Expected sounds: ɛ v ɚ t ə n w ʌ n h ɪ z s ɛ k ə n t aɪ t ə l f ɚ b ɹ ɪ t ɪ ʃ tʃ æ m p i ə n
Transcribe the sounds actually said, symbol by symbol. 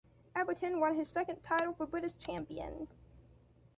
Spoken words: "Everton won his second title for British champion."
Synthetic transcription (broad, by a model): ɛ b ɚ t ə n w ʌ n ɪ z s ɛ k ə n t aɪ t l f ɚ b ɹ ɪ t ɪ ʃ tʃ æ m p i ə n